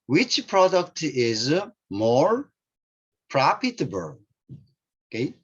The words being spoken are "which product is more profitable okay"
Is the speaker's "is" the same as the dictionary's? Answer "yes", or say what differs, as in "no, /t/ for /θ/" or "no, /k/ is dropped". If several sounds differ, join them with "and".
yes